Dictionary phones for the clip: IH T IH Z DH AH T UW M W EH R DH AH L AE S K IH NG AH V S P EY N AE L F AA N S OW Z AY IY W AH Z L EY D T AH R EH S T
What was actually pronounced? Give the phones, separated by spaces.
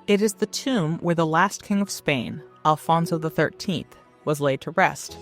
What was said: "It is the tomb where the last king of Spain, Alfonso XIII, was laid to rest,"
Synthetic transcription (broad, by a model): IH T IH Z DH AH T UW M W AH R DH AH L AE S K IH NG AH V S P EY N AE L F AA N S OW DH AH IY W AH Z L EY D T AH R EH S T